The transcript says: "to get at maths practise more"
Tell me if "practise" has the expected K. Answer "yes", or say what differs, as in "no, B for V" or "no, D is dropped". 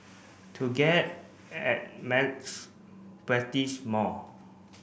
no, K is dropped